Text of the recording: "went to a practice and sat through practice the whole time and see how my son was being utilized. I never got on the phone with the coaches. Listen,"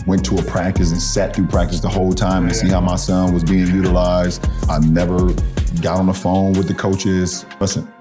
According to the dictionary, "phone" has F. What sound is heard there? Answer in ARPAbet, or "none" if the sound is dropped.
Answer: F